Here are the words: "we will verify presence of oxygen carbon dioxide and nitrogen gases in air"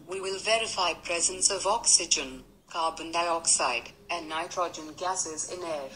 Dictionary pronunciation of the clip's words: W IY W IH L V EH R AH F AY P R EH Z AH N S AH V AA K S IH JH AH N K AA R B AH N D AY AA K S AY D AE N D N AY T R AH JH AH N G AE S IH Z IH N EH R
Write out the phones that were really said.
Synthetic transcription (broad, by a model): W IY W IH L V EH R AH F AY P R EH Z AH N S AH V AA K S IH JH AH N K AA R B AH N D AY AA K S AY D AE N N AY T R AH JH AH N G AE S IH Z IH N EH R